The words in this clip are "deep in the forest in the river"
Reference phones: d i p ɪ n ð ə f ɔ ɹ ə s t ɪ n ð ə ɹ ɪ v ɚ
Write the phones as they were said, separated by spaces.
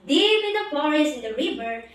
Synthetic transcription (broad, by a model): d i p ɪ n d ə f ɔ ɹ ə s ɪ n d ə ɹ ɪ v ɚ